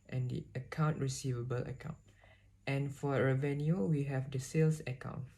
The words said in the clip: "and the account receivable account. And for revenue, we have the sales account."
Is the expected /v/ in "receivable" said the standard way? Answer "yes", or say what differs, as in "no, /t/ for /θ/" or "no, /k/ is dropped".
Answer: yes